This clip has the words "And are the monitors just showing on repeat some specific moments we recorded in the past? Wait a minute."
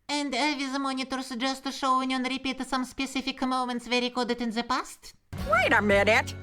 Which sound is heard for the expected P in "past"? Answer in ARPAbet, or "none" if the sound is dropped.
P